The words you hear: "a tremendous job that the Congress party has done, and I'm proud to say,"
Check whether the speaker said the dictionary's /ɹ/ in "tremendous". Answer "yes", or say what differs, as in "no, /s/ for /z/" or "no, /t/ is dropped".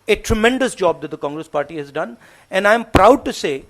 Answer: yes